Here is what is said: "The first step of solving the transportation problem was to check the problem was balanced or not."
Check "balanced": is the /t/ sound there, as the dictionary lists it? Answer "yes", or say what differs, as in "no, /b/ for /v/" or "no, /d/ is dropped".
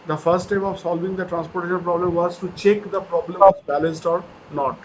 yes